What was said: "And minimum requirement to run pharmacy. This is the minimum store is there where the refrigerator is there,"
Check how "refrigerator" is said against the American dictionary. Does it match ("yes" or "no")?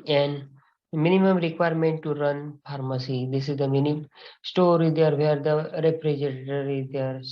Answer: no